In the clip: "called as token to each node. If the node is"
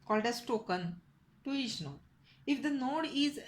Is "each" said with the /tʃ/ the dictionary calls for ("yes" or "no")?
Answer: no